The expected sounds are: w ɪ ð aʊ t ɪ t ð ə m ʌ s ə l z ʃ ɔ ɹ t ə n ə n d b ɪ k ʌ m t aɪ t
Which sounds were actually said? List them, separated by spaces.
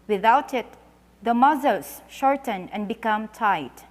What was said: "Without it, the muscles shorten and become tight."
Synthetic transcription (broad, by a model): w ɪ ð aʊ t ɪ t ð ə m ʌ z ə l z ʃ ɔ ɹ t ə n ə n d b ɪ k ʌ m t aɪ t